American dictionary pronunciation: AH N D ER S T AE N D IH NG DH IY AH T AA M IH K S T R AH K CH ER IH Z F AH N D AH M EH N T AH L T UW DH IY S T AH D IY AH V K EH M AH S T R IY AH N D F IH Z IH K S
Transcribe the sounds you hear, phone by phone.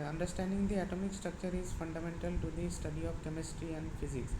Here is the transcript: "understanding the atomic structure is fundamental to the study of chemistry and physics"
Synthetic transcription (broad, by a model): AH N D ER S T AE N D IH NG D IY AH T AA M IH K S T R AH K CH ER IH Z F AH N D AH M EH N T AH L T UW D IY S T AH D IY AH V K EH M AH S T R IY AH N D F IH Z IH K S